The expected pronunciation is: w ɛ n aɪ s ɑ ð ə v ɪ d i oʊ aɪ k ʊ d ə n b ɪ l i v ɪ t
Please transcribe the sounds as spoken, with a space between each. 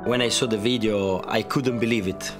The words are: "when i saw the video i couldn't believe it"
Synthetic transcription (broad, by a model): w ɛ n aɪ s ɑ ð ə v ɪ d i oʊ aɪ k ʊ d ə n b ɪ l i v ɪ t